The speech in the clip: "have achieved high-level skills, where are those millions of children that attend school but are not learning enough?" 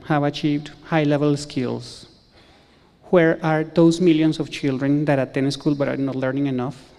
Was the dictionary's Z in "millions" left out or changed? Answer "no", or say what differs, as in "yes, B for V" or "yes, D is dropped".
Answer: yes, S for Z